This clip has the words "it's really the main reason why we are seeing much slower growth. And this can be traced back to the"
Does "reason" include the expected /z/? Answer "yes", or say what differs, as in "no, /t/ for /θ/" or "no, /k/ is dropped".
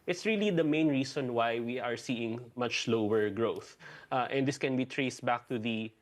no, /s/ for /z/